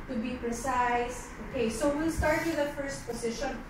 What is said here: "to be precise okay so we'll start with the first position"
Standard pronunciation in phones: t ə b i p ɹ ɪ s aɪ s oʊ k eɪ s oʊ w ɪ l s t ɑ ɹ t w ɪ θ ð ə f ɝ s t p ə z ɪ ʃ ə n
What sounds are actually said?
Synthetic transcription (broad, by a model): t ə b i p ɹ ɪ s aɪ s oʊ k eɪ s oʊ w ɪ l s t ɑ ɹ t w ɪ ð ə f ɝ s t p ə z ɪ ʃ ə n